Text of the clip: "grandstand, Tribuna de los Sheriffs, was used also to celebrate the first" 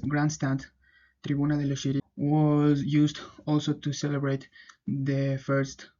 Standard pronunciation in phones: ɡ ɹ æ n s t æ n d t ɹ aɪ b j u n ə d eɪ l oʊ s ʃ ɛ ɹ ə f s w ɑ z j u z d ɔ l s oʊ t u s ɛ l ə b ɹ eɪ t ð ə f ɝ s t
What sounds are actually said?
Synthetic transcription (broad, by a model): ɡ ɹ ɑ n s t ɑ n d t ɹ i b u n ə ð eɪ l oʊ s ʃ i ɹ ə w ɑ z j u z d ɔ l s oʊ t u s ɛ l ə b ɹ eɪ t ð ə f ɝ s t